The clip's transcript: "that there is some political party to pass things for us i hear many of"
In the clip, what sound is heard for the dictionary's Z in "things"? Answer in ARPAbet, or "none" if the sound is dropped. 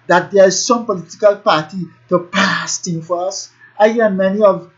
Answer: none